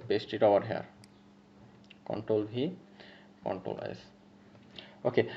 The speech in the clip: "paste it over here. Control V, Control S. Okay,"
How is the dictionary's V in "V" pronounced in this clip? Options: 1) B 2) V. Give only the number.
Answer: 1